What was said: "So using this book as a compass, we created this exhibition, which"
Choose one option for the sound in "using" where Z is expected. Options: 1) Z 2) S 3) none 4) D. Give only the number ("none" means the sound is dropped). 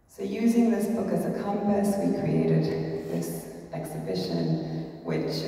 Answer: 1